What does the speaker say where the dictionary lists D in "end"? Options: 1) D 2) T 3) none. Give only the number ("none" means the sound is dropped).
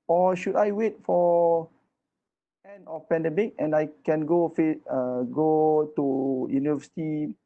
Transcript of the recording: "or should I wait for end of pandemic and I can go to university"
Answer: 3